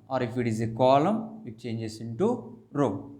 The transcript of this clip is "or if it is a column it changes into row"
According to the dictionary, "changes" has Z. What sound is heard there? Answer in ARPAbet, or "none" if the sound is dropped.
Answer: S